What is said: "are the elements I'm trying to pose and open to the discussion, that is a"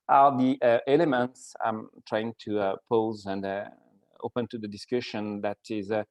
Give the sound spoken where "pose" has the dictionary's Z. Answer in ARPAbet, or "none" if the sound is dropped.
Z